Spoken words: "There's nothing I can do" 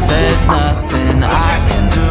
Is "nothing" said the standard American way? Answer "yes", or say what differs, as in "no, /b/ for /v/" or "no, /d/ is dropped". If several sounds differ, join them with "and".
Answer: yes